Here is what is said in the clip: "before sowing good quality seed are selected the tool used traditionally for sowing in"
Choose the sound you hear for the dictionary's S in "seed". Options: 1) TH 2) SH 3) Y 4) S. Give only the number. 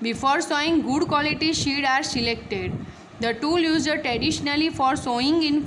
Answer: 2